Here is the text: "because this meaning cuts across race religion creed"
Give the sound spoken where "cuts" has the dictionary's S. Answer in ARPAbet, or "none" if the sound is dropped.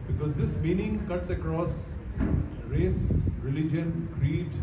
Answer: S